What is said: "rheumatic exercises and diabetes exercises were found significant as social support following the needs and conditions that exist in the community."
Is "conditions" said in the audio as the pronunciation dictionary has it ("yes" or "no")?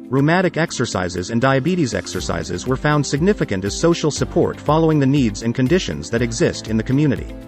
yes